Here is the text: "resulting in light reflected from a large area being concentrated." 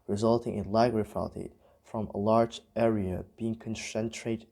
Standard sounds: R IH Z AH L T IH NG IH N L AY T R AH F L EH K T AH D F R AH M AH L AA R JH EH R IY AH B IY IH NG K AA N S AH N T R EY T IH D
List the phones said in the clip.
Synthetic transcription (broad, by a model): R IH Z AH L T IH NG IH N L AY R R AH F EH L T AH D F R AH M AH L AA R JH EH R IY AH B IY IH NG K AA N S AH N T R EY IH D